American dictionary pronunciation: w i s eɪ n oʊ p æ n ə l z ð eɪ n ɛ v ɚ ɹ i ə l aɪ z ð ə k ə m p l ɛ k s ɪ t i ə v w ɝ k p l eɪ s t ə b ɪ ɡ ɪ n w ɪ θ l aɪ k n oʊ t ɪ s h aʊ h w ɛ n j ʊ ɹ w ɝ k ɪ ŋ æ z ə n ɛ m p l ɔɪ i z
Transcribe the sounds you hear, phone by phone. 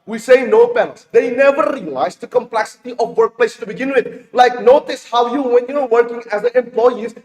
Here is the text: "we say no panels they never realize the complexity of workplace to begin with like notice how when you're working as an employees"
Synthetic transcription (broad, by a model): w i s eɪ n oʊ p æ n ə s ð eɪ n ɛ v ɚ ɹ i ə l aɪ z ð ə k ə m p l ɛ k s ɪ t i ə v w ɝ k p l eɪ s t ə b ɪ ɡ ɪ n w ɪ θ l aɪ k n oʊ t ɪ s h aʊ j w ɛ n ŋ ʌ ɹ w ɝ k ɪ ŋ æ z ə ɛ m p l ɔɪ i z